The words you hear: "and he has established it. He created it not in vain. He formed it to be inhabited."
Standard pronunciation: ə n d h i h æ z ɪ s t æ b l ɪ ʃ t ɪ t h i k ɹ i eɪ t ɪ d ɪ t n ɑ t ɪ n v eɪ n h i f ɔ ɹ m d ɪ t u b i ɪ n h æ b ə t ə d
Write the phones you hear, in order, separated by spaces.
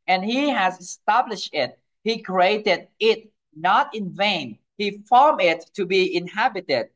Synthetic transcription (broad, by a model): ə n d h i h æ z ɪ s t æ b l ɪ ʃ t ɪ t h i k ɹ i eɪ t ɪ d ɪ t n ɑ t ɪ n v eɪ n h i f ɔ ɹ m ɪ t u b i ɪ n h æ b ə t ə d